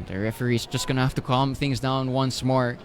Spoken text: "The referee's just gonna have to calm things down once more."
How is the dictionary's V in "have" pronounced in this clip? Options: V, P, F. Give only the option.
F